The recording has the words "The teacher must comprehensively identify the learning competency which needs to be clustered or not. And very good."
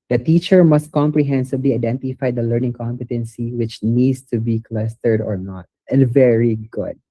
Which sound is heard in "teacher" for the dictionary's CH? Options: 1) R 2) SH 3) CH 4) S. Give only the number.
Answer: 3